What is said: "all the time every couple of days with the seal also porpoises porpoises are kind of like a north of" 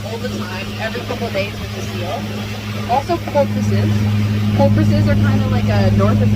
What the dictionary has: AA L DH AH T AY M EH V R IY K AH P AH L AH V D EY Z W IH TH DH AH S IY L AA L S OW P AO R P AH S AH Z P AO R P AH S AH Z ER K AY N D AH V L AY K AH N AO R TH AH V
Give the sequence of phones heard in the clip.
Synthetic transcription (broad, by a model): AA L DH AH T AY M EH V R IY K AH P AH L D EY Z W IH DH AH S IY L AA L S OW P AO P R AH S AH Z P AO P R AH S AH Z ER K AY N D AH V L AY K AH N AO R TH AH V